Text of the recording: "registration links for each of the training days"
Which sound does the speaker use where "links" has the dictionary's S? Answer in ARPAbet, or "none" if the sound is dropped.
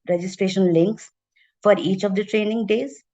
S